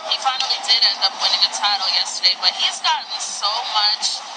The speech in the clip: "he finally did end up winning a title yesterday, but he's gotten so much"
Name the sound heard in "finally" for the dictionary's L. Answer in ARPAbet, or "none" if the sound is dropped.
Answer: none